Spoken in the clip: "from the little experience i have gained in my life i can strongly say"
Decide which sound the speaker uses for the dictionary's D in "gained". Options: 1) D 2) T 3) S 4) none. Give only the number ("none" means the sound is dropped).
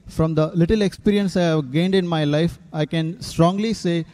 1